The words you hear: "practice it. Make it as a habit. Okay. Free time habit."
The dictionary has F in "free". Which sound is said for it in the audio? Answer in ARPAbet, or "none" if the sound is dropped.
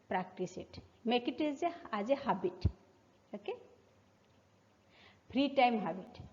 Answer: P